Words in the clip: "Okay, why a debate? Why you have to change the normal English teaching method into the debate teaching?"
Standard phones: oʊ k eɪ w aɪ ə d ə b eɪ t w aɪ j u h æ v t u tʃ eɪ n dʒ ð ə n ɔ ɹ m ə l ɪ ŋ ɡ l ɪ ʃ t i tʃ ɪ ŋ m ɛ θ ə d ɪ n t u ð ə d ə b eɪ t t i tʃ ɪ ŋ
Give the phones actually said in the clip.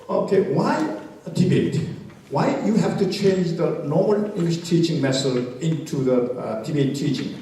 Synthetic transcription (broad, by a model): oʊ k eɪ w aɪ ə d ə b eɪ t w aɪ j u h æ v t u tʃ eɪ n dʒ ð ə n ɔ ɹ m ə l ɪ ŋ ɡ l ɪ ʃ t i tʃ ɪ ŋ m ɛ s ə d ɪ n t u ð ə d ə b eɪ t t i tʃ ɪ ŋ